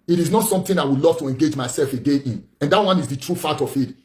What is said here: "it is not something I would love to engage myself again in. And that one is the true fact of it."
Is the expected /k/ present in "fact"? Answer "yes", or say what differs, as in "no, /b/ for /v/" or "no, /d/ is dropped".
no, /k/ is dropped